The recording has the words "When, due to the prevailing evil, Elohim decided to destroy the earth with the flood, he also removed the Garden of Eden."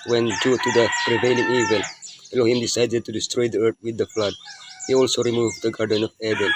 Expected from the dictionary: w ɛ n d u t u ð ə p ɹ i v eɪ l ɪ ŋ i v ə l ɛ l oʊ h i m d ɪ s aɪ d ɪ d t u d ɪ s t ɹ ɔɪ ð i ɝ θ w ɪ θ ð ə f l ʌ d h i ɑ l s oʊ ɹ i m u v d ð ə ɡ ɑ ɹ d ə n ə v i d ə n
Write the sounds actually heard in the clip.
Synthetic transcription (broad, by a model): w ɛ n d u t u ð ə p ɹ i v eɪ l ɪ ŋ i v ə l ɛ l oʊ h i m d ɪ s aɪ d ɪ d t u d ɪ s t ɹ ɔɪ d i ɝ t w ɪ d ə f l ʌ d h i ɑ l s oʊ ɹ i m u v d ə ɡ ɑ ɹ d ə n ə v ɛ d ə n